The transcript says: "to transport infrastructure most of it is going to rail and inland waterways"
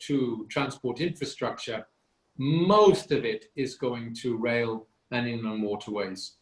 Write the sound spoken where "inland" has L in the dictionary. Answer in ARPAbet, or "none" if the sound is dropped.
none